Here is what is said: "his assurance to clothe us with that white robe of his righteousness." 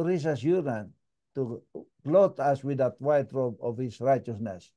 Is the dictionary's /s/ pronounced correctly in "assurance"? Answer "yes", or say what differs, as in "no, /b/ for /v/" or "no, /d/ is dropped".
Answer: no, /s/ is dropped